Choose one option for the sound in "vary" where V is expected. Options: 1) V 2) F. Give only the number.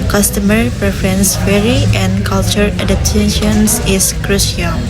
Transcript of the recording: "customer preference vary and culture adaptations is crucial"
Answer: 2